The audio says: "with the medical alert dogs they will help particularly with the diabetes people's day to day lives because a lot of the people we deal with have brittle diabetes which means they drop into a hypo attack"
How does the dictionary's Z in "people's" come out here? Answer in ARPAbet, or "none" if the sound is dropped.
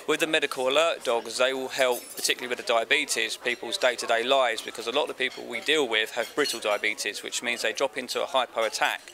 Z